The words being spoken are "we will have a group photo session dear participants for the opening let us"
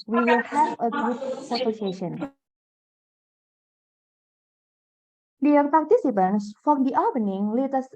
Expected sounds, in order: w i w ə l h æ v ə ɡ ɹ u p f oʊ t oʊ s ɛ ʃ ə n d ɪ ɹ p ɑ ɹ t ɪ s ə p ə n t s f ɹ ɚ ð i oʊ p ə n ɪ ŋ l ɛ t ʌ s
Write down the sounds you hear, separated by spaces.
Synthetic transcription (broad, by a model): w i w ə l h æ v ə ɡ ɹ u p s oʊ s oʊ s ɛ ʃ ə n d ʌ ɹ p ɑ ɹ t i s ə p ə n s f ɹ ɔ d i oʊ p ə n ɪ ŋ l ɛ t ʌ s